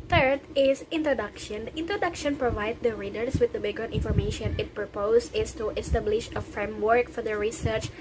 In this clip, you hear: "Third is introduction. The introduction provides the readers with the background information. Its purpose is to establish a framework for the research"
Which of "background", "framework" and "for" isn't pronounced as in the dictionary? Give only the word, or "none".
background